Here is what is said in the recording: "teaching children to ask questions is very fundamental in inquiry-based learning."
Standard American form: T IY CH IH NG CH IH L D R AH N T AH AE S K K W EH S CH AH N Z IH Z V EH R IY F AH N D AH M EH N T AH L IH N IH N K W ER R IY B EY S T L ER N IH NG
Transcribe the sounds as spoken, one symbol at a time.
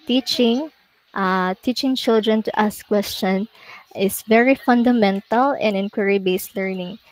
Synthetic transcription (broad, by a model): T IY CH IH NG CH IH L D R AH N T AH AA S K K W EH S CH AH N IH S V EH R IY F AH N D AH M EH N T AH L IH N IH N K W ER R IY B EY S T L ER N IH NG